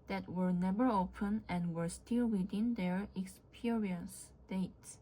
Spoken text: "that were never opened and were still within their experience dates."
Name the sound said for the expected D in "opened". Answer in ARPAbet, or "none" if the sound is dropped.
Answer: none